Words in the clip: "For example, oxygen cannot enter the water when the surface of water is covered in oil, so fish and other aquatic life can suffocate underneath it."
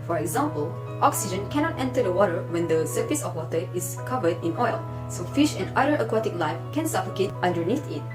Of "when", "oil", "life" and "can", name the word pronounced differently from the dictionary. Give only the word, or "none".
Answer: none